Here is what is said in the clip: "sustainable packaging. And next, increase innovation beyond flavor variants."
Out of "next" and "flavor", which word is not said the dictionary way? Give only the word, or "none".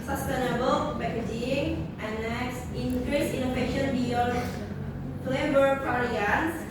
flavor